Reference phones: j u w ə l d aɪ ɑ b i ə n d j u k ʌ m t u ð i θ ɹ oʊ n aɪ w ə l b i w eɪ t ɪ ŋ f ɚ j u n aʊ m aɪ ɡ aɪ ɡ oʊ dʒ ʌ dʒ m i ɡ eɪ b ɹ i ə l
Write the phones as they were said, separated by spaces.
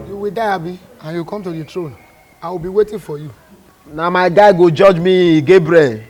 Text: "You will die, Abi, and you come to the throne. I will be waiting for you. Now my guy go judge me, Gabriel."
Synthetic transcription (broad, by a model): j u w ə d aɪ ɑ b i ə n j u k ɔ m t u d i t ɹ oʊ n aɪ w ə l b i w eɪ t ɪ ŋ f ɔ j u n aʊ m aɪ ɡ aɪ ɡ oʊ dʒ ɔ dʒ m i ɡ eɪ b ɹ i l